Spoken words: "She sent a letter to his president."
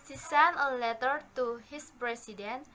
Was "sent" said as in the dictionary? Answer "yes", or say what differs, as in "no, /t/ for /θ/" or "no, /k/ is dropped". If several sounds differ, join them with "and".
no, /t/ is dropped